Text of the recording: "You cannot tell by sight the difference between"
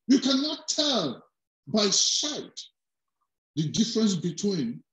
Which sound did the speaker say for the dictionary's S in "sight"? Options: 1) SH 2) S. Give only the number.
1